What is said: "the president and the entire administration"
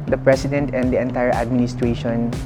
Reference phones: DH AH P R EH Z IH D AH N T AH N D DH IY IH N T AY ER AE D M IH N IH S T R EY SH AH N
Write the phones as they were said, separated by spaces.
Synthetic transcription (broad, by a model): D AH P R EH S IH D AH N T AH N D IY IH N T AY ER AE D M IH N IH S T R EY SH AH N